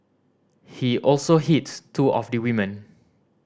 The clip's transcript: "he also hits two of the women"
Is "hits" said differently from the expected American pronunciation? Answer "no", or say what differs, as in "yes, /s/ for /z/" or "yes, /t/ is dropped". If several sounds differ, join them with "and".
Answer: yes, /s/ is dropped